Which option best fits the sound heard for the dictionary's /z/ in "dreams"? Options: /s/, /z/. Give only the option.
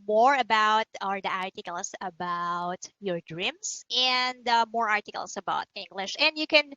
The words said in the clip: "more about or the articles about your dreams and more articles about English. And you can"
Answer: /s/